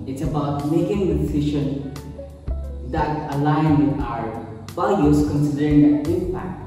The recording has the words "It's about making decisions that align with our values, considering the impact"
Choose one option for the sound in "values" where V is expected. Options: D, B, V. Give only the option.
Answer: B